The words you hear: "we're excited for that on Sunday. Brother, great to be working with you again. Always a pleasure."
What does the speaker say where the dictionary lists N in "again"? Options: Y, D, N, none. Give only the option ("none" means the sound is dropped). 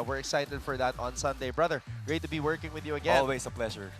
none